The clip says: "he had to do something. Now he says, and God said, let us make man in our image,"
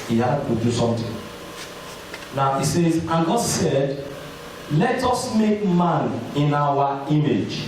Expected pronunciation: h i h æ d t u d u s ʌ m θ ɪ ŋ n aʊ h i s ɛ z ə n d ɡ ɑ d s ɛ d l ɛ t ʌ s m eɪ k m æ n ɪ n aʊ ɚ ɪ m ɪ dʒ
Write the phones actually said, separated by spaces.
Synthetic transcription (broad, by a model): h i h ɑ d t u d u s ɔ m t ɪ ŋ n aʊ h i s ɛ z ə ɡ ɑ d s ɛ d l ɛ t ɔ s m eɪ k m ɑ n ɪ n aʊ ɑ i m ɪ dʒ